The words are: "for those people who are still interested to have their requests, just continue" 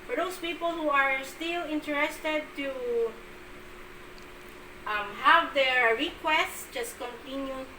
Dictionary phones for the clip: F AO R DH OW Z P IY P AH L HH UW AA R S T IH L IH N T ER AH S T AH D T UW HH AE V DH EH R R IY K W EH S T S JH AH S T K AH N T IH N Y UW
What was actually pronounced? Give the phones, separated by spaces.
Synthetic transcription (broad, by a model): F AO R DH OW S P IY P AH L HH UW AA R S T IH L IH N T ER AH S T AH D T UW HH AE V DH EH R R IY K W EH S T S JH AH S T K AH N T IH N Y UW